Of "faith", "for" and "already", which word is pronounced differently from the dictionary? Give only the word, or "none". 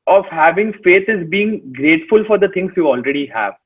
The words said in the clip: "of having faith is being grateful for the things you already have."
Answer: faith